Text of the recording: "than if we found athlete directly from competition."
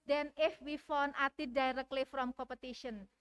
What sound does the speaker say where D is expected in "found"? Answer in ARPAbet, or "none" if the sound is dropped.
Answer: none